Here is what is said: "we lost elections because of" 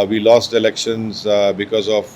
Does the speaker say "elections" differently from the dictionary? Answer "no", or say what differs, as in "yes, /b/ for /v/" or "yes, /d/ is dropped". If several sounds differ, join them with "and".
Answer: no